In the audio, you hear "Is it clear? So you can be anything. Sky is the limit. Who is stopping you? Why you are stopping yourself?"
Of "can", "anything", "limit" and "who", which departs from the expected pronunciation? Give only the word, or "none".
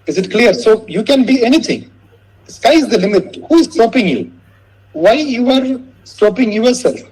anything